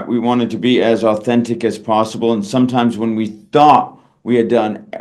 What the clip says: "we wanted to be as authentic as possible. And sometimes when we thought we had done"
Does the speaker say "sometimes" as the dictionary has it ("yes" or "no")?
yes